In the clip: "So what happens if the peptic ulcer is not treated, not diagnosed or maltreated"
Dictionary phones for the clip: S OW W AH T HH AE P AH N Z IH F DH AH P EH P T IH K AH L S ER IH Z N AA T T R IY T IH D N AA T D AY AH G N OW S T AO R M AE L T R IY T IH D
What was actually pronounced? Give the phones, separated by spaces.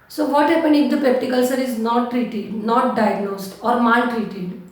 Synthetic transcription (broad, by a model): S OW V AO T HH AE P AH N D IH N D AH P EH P T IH K AH L S ER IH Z N AA T T R IY T IH D N AA T D AY AH G N OW S T AO R M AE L T R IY T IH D